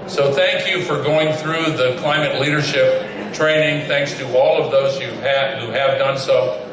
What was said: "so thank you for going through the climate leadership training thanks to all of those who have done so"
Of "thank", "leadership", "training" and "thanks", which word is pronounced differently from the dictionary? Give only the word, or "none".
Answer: none